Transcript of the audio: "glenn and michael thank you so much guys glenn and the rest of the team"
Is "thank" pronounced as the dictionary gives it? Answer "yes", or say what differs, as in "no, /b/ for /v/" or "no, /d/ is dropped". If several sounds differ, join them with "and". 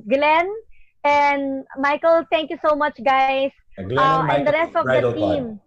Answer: no, /t/ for /θ/